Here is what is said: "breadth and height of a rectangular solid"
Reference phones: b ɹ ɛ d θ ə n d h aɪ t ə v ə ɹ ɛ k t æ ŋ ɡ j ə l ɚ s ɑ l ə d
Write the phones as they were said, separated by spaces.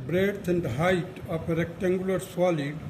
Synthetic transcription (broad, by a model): b ɹ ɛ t ə n d h aɪ t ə p ə ɹ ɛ k t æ ŋ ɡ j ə l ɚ s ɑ l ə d